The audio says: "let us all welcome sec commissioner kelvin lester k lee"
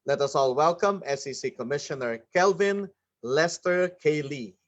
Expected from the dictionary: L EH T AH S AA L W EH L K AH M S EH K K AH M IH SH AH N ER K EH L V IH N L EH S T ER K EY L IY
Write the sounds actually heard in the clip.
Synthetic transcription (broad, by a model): L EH T AH S AA L W EH L K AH M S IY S K AH M IH SH AH N ER K EH L V IH N L EH S T ER K EY L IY